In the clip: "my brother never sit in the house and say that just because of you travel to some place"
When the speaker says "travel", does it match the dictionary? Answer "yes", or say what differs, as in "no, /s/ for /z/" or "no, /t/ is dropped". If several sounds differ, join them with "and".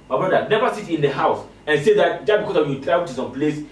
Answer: no, /v/ is dropped and /w/ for /l/